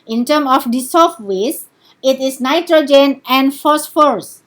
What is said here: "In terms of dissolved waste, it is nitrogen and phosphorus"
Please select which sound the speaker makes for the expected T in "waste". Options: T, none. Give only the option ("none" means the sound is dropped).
none